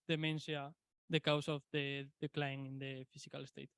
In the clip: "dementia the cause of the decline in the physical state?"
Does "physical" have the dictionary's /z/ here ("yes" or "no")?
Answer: no